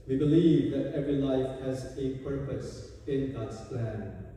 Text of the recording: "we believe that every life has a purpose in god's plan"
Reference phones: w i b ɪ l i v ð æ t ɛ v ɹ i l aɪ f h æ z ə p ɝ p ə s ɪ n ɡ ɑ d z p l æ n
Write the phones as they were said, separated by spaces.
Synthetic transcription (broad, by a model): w i b ɪ l i v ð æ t ɛ v ɹ i l aɪ f h æ z ə p ɝ p ə s ɪ n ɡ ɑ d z p l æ n